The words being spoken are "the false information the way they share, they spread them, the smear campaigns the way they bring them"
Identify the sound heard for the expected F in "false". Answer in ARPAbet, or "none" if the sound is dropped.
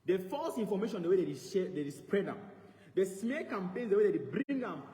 F